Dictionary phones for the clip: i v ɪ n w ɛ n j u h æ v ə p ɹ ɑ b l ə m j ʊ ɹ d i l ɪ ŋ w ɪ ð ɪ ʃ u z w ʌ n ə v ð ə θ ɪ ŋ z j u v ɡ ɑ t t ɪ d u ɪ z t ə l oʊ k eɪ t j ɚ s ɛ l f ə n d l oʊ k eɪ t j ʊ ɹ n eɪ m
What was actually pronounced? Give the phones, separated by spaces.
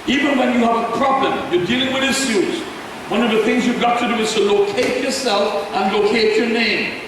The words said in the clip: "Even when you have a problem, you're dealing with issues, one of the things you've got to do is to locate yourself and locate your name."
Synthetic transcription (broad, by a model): i v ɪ n w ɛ n j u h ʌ v ə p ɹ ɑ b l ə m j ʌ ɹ d i l ɪ ŋ w ɪ ð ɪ s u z w ʌ n ə v ð ə θ ɪ ŋ z j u v ɡ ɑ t t ɪ d u ɪ z t ə l oʊ k eɪ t j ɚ s ɛ l f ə n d l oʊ k eɪ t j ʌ ɹ n eɪ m